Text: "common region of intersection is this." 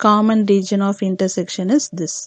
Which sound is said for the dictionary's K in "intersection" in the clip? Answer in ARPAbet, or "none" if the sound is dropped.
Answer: K